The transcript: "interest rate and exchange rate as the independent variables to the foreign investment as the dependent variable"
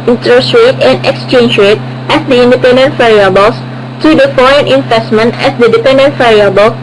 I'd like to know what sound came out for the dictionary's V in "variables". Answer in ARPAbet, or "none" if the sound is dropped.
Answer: F